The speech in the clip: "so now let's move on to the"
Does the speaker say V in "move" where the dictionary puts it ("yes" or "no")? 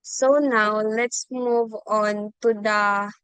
yes